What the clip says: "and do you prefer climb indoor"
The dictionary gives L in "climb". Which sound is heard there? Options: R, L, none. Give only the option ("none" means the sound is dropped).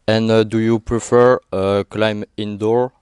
L